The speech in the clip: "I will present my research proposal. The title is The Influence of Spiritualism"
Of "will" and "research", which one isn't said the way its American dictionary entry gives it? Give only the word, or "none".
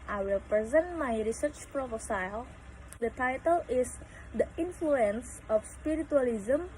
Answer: none